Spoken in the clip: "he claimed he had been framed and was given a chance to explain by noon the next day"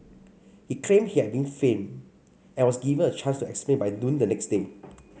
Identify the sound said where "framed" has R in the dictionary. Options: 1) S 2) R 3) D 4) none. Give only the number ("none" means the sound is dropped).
4